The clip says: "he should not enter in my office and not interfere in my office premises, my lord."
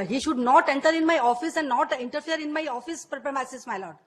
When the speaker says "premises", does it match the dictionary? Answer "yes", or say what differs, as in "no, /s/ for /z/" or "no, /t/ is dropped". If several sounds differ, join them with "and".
no, /s/ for /z/